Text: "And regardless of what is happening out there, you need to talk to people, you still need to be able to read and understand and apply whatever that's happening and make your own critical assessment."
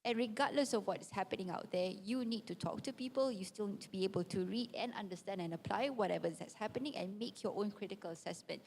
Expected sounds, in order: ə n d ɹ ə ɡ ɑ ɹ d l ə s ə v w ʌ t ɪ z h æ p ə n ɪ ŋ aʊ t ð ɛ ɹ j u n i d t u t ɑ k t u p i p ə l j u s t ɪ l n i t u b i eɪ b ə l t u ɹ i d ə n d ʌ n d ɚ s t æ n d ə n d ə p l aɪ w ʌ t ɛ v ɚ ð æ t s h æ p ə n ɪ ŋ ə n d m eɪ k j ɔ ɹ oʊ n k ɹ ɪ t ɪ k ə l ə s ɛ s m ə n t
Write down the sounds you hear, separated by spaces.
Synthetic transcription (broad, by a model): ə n ɹ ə ɡ ɑ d l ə s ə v w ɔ t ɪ s h æ p ə n ɪ ŋ aʊ t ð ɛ j u n i d t u t ɑ k t u p i p ə l j u s t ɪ l n i t u b i eɪ b ə l t u ɹ i d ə n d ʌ n d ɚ s t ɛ n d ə n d ə p l aɪ w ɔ t ɛ v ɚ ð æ t s h æ p ə n ɪ ŋ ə n m eɪ k j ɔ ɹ oʊ n k ɹ ɪ t ɪ k ə l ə s ɛ s m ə n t